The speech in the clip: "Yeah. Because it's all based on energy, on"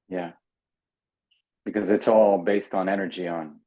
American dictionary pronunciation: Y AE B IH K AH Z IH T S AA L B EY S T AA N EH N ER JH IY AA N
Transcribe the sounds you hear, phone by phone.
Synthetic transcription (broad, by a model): Y AE B IH K AH Z IH T S AA L B EY S T N EH N ER JH IY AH N